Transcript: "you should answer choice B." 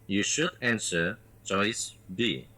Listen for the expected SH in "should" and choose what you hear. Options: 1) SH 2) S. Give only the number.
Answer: 1